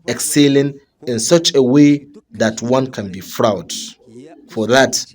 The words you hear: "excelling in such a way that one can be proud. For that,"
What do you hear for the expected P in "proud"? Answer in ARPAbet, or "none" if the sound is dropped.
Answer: F